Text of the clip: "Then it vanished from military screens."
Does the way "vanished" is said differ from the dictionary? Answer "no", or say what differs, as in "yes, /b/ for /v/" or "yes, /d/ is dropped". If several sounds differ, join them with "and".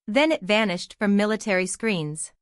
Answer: no